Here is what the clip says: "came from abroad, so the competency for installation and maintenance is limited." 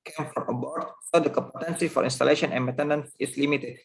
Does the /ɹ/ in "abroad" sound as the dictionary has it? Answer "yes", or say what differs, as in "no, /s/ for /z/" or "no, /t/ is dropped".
no, /ɹ/ is dropped